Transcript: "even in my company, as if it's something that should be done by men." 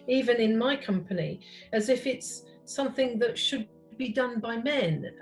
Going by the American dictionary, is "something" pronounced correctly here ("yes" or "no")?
yes